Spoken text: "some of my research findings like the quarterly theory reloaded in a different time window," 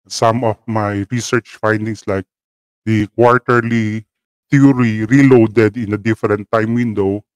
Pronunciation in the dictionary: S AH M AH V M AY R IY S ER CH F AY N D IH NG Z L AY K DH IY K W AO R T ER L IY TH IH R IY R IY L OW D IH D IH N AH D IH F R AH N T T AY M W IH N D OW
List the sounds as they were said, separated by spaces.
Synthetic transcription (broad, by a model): S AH M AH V M AY R IY S ER CH F AY N D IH NG S L AY K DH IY K W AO R T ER L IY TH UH R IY R IY L OW D IH D IH N AH D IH F R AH N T T AY M W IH N D OW